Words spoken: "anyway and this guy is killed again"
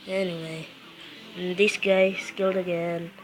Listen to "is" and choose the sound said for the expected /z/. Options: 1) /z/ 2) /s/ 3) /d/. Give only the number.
2